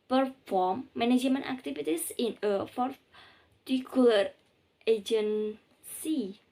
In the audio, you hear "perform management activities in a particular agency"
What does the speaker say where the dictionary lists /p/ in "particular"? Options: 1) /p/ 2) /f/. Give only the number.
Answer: 2